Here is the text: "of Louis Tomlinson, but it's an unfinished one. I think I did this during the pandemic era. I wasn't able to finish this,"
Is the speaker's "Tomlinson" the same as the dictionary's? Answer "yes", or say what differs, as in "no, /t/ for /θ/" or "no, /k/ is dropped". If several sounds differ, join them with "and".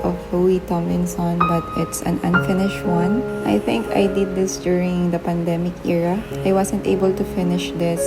no, /l/ is dropped